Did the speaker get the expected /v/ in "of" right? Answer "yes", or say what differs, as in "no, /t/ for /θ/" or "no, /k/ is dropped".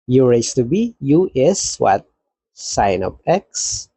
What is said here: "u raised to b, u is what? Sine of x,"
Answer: no, /p/ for /v/